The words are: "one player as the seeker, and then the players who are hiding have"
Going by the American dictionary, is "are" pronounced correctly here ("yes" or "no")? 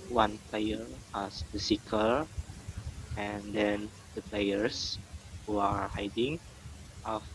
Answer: yes